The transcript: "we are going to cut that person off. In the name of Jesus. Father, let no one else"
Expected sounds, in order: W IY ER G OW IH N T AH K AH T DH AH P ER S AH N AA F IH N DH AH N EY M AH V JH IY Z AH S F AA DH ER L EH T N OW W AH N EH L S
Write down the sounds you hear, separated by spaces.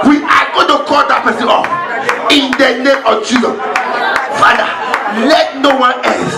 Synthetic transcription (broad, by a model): W IY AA G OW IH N T AH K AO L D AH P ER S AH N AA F IH N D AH N EY M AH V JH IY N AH F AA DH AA L EH T N OW W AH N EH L S